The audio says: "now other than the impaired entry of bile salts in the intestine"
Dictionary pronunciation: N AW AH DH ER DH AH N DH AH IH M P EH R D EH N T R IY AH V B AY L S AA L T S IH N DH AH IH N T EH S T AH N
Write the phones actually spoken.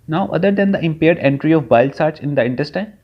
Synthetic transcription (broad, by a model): N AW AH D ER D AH N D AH IH M P EH R D EH N T R IY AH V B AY L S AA T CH IH N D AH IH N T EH S T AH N